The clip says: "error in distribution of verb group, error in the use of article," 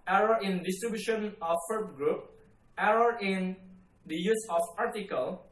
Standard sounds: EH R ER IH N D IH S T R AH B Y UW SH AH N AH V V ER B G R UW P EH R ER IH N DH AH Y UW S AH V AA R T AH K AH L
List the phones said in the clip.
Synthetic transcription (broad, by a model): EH R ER IH N D IH S T R AH B Y UW SH AH N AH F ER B G R UW P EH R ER IH N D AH Y UW S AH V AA R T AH K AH L